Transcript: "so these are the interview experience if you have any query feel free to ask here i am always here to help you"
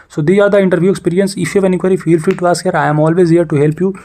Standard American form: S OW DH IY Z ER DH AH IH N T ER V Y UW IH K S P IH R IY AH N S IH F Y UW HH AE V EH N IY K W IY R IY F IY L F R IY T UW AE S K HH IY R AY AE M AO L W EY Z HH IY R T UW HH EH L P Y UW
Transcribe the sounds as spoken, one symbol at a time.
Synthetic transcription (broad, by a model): S OW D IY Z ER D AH IH N T ER V Y UW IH K S P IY R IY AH N S IH F Y UW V EH N IY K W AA R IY F IY L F IY T UW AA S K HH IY R AY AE M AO L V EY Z HH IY R T UW HH EH L P Y UW